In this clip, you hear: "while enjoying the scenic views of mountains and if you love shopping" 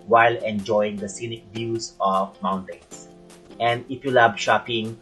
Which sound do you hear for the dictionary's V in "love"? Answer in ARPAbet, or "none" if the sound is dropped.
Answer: B